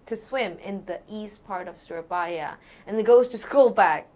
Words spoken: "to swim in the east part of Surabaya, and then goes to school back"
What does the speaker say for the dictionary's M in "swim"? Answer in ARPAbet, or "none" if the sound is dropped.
M